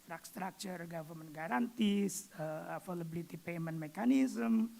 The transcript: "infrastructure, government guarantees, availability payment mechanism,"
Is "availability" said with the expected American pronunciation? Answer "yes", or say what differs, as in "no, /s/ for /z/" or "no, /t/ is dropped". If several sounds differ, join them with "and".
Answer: no, /f/ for /v/